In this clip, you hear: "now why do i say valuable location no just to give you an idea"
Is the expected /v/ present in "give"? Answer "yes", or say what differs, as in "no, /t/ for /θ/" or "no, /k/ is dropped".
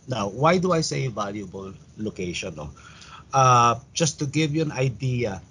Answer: yes